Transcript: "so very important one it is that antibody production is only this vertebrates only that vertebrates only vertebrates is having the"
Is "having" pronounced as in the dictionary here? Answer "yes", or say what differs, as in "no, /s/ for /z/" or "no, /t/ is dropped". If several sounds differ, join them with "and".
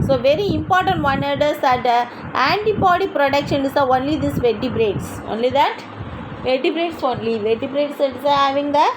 yes